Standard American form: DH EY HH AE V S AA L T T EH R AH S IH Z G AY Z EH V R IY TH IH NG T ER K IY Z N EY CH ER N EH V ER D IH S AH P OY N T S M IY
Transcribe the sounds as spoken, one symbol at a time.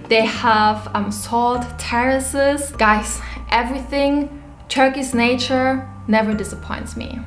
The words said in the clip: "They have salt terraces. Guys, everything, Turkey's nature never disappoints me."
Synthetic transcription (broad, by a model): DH EY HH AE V S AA L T T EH R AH S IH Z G AY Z EH V R IY TH IH NG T ER K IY S N EY CH ER N EH V ER D IH S AH P OY N T S M IY